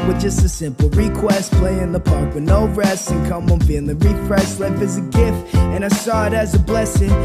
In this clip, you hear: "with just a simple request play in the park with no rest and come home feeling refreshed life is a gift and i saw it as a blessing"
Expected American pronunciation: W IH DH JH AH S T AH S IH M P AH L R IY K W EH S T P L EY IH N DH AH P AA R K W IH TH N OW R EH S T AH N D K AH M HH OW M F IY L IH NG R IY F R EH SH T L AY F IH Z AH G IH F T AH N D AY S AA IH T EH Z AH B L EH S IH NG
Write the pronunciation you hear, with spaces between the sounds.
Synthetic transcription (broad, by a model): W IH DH JH AH S T AH S IH M P L R IY K W EH S T P L EY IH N DH AH P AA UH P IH N OW R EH S AH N K AH M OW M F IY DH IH R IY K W EH S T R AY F IH Z AH G IH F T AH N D AY S AA IH T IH Z AH B L EH S IH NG